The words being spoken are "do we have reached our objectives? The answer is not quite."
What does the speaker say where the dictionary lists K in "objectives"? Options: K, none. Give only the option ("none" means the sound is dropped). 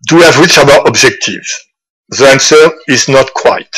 K